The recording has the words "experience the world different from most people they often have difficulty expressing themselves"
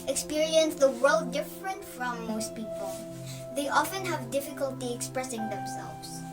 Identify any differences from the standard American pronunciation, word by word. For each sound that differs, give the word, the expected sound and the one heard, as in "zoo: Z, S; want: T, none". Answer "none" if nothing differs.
none